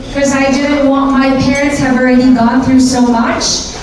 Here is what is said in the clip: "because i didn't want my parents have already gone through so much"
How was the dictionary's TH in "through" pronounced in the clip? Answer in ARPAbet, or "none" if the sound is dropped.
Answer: TH